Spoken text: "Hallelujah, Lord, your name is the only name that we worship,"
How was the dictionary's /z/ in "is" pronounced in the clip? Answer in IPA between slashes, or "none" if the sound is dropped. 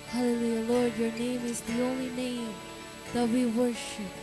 /z/